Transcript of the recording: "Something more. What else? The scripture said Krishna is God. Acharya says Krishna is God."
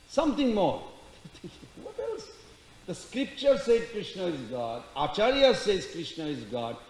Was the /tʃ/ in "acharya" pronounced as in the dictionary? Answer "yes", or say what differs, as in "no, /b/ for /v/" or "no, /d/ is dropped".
yes